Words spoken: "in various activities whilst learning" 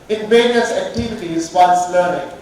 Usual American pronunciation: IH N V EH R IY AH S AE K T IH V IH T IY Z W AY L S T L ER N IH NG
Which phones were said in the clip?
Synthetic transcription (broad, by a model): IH N V EH R IY AH S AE K T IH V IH T IY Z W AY N S L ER N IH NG